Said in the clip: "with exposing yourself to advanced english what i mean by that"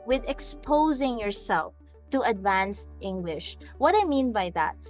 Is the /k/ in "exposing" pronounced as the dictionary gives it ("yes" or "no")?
yes